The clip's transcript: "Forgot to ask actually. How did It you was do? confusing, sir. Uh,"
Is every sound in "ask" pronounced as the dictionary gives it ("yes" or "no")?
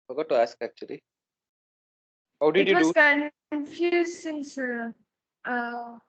yes